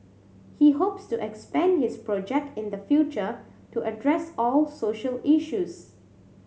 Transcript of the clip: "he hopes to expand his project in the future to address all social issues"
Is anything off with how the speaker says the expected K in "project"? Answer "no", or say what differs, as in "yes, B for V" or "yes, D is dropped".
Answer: no